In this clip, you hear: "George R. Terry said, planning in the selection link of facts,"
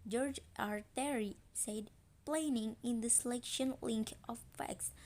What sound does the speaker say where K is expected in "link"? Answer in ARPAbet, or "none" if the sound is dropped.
K